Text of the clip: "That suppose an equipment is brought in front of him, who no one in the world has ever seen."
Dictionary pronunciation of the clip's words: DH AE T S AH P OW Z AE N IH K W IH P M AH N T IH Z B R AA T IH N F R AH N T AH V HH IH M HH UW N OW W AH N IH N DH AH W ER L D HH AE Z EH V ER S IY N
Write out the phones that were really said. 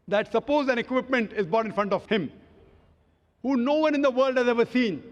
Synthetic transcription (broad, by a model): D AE T S AH P OW Z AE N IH K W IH P M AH N T IH Z B AA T IH N F R AH N T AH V HH IH M HH UW N OW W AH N IH N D AH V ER L D HH AE Z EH V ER S IY N